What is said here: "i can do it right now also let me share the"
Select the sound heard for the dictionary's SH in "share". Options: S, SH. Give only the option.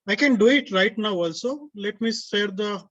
S